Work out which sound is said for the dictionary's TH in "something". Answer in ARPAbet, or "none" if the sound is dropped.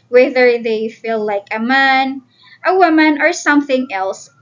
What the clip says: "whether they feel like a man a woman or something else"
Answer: TH